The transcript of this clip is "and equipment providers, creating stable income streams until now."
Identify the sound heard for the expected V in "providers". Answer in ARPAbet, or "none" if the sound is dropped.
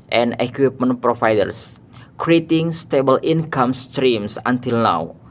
F